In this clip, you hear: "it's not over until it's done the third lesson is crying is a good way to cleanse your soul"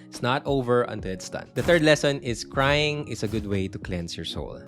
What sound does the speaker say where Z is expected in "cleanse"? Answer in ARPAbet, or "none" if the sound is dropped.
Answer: S